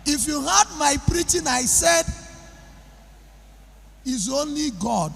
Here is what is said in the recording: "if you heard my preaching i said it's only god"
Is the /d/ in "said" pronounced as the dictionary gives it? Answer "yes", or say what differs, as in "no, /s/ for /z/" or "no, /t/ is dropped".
yes